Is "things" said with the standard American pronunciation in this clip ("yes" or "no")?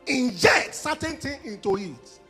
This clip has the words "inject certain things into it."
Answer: no